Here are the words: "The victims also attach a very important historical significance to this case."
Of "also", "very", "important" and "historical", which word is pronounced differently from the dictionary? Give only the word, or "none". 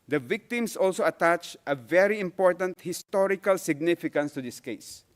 none